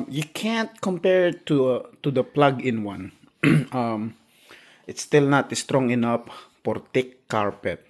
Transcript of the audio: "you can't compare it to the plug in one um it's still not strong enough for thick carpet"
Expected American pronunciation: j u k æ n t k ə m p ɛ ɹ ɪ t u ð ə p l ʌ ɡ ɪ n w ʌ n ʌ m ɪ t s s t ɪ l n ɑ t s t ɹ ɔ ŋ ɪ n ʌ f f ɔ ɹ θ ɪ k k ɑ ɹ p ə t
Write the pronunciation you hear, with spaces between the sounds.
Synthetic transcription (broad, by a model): j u k æ n t k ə m p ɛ ɹ ɪ t u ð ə p l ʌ ɡ ɪ n w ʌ n ʌ m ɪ t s s t ɪ l n ɑ t s t ɹ ɔ ŋ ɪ n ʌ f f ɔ ɹ t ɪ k k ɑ ɹ p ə t